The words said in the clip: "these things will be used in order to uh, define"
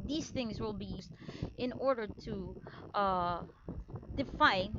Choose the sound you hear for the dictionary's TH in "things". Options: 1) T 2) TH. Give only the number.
2